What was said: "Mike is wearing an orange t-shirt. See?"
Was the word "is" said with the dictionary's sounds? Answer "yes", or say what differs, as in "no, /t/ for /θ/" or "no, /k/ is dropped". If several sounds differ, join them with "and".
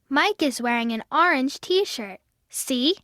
yes